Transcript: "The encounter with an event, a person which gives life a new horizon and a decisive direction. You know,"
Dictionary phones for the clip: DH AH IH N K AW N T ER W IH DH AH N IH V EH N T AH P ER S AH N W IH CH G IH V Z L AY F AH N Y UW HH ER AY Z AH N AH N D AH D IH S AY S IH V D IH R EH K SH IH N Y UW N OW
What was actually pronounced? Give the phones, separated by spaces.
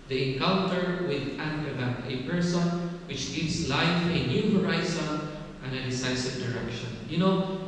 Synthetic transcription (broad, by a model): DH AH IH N K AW L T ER W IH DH AH N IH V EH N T AH P ER S AH N W IH CH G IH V S L AY F AH N Y UW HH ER AY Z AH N AH N D AH D IH S AY S IH V D IH R EH K SH IH N Y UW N OW